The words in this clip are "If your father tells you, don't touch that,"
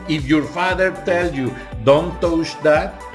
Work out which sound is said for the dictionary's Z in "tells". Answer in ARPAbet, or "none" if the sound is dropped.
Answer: none